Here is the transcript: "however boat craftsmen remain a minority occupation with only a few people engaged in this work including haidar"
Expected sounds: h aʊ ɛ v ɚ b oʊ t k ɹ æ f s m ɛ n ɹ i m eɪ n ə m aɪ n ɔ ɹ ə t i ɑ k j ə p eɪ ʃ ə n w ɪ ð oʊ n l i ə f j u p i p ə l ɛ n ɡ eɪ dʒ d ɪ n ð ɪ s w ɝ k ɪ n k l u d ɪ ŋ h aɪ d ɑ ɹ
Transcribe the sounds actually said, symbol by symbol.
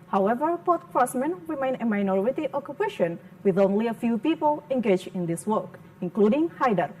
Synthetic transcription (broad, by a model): h aʊ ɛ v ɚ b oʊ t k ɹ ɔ s m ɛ n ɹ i m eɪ n ə m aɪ n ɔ ɹ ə t i ɑ k j ə p eɪ ʃ ə n w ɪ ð oʊ n l i ə f j u p i p ə l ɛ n ɡ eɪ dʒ ɪ n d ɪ s w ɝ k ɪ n k l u d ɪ ŋ h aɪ d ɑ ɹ